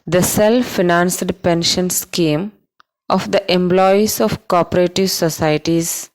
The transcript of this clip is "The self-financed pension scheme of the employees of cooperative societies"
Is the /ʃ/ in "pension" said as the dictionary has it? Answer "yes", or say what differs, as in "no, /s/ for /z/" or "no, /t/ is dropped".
yes